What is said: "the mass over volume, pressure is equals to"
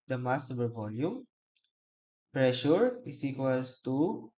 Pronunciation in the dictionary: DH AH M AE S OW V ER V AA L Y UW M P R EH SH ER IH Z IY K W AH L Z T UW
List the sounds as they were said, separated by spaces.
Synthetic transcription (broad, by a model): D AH M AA S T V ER V AA L Y UW M P R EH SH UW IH S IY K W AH L S T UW